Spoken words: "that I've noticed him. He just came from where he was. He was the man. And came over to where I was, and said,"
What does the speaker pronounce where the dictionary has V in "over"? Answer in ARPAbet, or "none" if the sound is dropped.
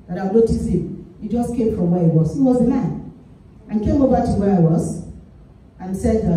B